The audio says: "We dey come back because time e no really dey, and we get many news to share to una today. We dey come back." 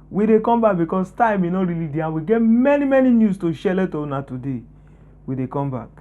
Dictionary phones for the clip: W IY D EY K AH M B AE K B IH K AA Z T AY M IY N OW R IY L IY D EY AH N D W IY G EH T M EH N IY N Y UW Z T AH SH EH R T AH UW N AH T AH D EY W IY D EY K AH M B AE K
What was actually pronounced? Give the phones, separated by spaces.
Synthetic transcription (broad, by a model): W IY D EY K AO M B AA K B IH K AA S T AY M IY N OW R IY L IY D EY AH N W IY G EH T M EH N IY N Y UW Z T AH SH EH L T AH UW N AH T AH D EY W IY D EY K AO M B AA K